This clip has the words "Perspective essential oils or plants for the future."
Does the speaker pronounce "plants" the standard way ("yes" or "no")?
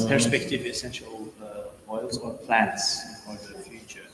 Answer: yes